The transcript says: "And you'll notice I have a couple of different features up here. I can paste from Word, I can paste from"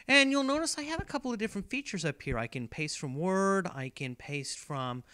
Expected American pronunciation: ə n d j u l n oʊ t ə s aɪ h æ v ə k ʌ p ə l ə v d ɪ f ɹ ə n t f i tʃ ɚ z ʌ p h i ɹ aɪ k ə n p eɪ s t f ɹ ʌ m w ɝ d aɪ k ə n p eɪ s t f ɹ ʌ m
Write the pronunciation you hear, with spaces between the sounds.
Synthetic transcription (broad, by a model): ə n j u l n oʊ t ə s aɪ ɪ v ə k ʌ p l ə v d ɪ f ɹ ə n t f i tʃ ɚ z ʌ p h i ɹ aɪ k ə n p eɪ s t f ɹ ʌ m w ɝ d aɪ k ə n p eɪ s t f ɹ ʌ m